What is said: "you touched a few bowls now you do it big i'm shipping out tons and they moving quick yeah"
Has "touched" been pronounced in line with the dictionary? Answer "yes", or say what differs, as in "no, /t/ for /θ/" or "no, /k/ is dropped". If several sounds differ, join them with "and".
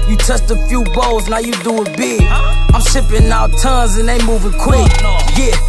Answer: no, /s/ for /tʃ/